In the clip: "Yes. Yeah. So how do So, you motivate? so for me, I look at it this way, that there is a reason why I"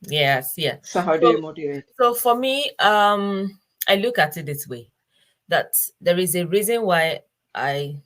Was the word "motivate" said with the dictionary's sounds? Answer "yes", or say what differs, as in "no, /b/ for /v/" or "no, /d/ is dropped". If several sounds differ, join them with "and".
no, /v/ is dropped